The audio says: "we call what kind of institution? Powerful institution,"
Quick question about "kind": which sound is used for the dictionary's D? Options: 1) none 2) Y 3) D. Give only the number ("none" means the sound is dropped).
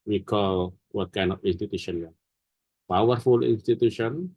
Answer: 1